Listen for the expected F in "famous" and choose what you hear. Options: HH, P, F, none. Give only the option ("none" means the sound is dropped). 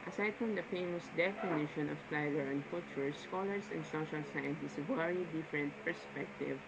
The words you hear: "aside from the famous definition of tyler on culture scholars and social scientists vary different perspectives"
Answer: F